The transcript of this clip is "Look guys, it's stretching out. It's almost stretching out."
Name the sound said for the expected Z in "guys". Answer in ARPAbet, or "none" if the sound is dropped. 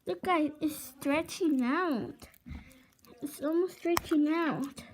none